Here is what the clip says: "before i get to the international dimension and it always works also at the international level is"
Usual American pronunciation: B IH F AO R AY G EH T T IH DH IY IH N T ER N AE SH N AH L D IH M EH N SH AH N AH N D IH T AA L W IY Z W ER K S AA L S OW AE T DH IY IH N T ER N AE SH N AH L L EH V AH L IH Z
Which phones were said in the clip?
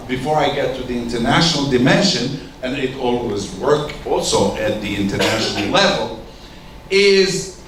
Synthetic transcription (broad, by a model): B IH F AO R AY G EH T T IH DH IY IH N T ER N AE SH N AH L D IH M EH N SH AH N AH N IH T AA L W IY Z W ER K AA L S OW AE T DH IY IH N T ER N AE SH N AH L L EH V AH L IH Z